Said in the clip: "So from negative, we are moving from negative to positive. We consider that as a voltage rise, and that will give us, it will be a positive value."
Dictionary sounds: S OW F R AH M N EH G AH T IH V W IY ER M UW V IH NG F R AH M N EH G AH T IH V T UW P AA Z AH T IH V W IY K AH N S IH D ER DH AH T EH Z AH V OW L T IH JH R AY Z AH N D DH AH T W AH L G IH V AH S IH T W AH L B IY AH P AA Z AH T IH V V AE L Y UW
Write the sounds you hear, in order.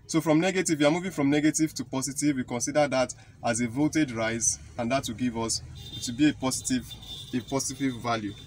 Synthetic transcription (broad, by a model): S OW F R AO M N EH G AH T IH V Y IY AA M UW V IH NG F R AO M N EH G AH T IH V T UW P AA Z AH T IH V W IY K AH N S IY D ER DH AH T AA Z AH V OW T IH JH R AY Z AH N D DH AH T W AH G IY V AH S IH T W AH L B IY AH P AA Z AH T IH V V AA L Y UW